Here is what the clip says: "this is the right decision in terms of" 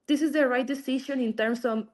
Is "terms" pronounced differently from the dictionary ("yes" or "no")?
yes